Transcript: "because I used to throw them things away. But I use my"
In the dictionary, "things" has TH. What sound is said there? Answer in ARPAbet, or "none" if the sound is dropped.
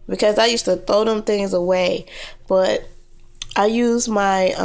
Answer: TH